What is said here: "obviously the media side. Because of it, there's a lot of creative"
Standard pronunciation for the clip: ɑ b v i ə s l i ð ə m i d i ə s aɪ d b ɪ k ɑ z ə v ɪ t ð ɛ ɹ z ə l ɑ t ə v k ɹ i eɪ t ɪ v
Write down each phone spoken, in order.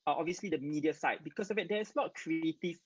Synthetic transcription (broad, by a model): ɑ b v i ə s l i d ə m i d i ə s aɪ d b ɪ k ɑ s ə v ɪ t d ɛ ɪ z ə l ɑ t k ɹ i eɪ t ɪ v